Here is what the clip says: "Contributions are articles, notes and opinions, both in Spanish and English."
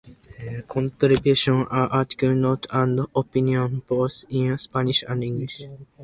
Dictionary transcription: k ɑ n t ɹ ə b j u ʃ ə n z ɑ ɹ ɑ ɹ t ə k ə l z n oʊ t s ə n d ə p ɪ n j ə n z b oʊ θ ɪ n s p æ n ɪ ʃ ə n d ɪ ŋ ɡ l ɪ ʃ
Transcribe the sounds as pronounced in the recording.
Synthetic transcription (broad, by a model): k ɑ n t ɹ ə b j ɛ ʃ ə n ɑ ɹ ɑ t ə k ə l n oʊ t ə n d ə p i n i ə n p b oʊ s ɪ n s p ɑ n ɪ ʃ ə n d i ŋ ɡ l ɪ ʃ